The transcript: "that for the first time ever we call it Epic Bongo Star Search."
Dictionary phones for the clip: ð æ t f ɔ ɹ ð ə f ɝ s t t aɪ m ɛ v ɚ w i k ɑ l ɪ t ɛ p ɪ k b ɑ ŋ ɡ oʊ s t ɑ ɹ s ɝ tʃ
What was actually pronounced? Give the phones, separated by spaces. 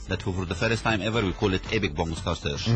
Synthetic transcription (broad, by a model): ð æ t f ɔ ɹ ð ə f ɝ s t t aɪ m ɛ v ɚ w i k ɑ l ɪ t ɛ b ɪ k b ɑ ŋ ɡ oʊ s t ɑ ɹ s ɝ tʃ